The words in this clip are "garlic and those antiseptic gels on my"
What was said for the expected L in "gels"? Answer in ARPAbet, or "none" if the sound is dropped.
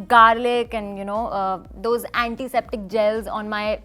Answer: L